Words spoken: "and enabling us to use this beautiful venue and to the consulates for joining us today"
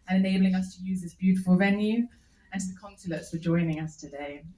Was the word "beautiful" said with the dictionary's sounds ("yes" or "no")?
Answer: yes